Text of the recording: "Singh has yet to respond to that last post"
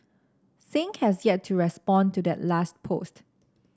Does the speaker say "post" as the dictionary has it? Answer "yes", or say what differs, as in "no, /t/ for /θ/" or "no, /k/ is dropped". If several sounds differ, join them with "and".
yes